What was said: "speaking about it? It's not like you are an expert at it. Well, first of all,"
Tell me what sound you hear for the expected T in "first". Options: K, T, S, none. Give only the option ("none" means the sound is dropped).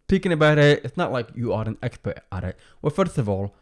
T